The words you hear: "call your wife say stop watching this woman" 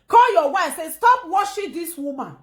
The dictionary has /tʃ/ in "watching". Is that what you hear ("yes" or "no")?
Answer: no